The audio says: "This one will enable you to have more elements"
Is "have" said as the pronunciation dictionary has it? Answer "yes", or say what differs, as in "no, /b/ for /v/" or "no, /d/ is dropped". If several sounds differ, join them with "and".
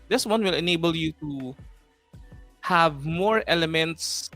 yes